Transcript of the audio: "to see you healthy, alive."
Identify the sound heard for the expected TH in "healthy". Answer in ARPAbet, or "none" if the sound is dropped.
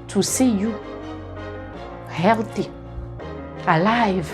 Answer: T